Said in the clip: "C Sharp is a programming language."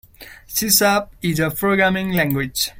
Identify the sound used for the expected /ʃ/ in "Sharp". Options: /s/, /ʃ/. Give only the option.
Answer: /s/